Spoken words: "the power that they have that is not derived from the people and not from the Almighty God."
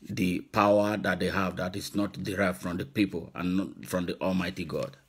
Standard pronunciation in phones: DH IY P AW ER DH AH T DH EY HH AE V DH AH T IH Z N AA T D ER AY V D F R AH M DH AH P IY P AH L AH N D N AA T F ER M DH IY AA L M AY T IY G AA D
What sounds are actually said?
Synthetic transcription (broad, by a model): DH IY P AW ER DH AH T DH EY HH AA V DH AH T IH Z N AA T D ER AY V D F R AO M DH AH P IY P AH L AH N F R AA M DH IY AA L M AY T IY G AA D